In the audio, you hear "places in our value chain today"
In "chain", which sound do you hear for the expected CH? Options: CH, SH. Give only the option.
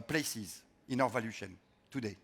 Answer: SH